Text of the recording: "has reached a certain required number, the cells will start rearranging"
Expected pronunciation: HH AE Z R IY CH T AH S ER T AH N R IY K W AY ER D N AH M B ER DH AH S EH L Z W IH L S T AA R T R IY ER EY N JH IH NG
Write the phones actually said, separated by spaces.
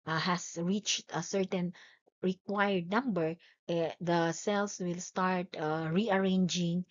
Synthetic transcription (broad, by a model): HH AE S R IY CH T AH S ER T AH N R IY K W AY ER D N AH M B ER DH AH S EH L S W IH L S T AA R T R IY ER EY N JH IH NG